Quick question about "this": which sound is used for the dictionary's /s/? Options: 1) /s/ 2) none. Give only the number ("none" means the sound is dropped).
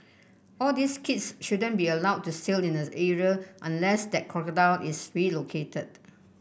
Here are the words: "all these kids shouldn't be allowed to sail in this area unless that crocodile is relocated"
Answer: 2